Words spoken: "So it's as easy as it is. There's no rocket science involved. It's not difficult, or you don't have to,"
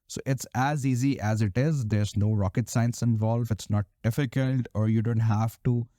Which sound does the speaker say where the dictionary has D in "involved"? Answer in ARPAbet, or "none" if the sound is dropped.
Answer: none